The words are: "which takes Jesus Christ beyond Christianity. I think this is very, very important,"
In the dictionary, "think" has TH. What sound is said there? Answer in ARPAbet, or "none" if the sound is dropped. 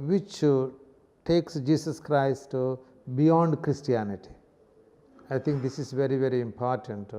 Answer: T